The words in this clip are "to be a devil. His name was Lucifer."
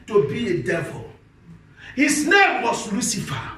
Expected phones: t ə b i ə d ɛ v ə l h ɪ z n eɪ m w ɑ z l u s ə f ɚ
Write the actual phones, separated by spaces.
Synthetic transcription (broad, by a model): t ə b i ə d ɛ v ə l h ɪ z n eɪ m w ɑ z l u s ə f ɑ